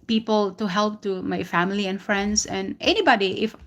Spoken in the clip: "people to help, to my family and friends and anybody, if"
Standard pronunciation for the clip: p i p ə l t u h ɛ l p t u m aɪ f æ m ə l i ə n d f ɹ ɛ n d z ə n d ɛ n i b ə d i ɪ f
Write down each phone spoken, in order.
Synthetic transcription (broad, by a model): p i p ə l t u h ɛ l p t u m aɪ f æ m ə l i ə n f ɹ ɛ n d s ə n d ɛ n i b ə d i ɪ f